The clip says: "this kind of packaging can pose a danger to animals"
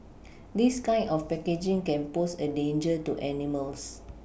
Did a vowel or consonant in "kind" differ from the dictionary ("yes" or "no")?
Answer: yes